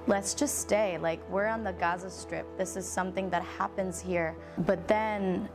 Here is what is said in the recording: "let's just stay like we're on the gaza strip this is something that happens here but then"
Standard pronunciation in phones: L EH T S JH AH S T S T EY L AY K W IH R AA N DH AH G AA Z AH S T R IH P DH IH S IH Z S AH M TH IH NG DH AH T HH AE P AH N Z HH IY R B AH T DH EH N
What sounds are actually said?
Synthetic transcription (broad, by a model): L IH T S JH AH S T S T EY L AY K W IH R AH N DH AH G AA Z AH S T R IH P DH IH S IH Z S AH M TH IH NG DH AH T HH AE P AH N Z HH IY R B AH T DH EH N